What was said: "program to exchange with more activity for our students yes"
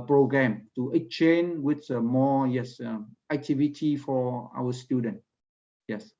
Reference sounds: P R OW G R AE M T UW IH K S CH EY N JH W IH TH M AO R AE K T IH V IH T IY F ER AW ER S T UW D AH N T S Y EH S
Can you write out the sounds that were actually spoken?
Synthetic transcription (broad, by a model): P R OW G R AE M T UW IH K CH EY N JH W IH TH M AO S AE K T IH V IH T IY F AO AW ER S T UW D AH N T Y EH S